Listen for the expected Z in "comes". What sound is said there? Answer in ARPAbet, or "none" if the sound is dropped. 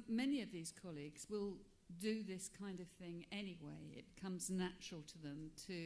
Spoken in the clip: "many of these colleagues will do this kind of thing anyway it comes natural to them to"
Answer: Z